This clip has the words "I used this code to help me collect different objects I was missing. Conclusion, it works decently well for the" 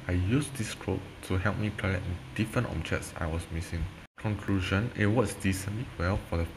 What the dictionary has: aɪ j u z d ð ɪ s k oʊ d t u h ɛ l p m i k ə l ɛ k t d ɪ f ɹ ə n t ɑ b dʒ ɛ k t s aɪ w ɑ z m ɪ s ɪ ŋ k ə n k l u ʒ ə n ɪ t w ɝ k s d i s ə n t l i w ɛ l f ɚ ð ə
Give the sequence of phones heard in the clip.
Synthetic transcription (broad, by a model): aɪ j u s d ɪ s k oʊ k t u h ɛ l p m i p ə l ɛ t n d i f ɹ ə n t ɑ b dʒ ɛ k t s aɪ w ɑ s m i s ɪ ŋ k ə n k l u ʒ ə n ɪ t w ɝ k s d i s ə n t l i w ɛ l f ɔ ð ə